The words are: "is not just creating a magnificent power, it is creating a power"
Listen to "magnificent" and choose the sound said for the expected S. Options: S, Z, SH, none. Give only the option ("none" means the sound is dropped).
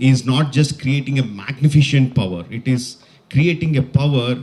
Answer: SH